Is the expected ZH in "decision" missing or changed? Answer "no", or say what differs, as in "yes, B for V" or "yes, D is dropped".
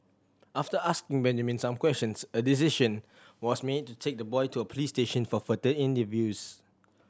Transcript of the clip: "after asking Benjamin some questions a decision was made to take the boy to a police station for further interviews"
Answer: yes, SH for ZH